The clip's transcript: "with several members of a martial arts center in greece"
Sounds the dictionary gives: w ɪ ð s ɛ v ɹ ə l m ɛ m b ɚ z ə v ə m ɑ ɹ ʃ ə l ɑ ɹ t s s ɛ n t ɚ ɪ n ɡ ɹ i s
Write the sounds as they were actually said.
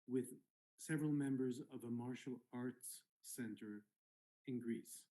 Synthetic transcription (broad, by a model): w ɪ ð s ɛ v ɹ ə l m ɛ m b ɚ z ə v ə m ɑ ɹ ʃ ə l ɑ ɹ t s s ɛ n t ɚ ɪ n ɡ ɹ i s